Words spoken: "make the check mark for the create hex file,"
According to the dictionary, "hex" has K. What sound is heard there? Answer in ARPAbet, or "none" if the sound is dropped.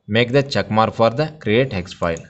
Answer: K